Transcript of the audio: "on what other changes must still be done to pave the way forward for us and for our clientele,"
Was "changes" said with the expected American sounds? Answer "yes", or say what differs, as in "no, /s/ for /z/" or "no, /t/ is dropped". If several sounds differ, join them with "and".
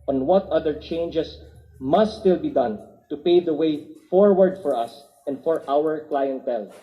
no, /s/ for /z/